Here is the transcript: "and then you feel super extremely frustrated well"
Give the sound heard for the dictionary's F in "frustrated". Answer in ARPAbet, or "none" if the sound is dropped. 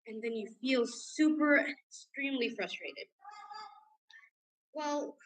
F